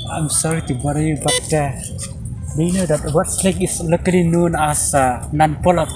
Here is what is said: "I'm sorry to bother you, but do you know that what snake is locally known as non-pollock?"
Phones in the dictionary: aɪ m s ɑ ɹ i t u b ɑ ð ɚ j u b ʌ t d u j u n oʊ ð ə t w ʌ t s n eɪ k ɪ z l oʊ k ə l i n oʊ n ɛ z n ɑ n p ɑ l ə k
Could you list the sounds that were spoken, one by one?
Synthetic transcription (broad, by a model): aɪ m s ɑ ɹ i t u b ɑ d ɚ j u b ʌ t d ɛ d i n oʊ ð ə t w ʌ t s l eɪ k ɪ s l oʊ k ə l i n oʊ n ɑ s n ɑ n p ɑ l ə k